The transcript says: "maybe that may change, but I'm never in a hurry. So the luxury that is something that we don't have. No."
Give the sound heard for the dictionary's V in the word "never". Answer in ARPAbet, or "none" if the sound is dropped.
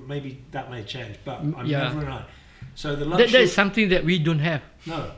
none